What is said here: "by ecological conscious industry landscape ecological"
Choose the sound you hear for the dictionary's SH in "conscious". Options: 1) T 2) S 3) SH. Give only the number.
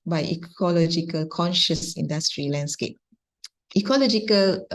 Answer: 3